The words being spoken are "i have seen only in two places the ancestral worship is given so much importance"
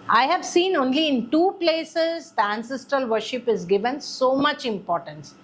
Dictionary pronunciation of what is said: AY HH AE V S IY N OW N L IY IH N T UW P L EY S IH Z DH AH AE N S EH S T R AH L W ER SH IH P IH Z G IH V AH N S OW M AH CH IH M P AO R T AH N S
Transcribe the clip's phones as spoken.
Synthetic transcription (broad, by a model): AY HH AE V S IY N OW N L IY IH N T UW P L EY S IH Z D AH AE N S EH S T R AH L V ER SH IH P IH Z G IH V AH N S OW M AH CH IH M P AO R T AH N S